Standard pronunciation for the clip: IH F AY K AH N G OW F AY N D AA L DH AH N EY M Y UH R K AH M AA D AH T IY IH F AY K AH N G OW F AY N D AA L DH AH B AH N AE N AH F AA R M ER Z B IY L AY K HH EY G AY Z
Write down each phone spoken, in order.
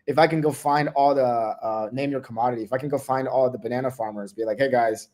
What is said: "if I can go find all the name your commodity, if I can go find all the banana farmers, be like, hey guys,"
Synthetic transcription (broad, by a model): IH F AY K AH N G OW F AY N D AA L DH AH N EY M Y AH R K AH M AA D AH T IY IH F AY K N G OW F AY N D AA L DH AH B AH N AE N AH F AA R M ER Z B IY L AY K HH EY G AY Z